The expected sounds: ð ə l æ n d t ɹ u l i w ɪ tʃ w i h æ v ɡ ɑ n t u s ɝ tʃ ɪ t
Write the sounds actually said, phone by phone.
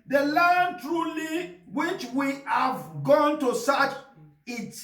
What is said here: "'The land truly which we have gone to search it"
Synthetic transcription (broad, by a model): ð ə l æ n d t ɹ u l i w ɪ tʃ w i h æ v ɡ ɑ n t u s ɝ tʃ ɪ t